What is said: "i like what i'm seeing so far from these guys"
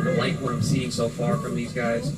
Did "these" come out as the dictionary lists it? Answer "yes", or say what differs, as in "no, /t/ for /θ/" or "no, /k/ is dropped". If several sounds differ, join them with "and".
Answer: yes